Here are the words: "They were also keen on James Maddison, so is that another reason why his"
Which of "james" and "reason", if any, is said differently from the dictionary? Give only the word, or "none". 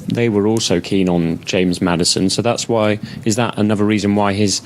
none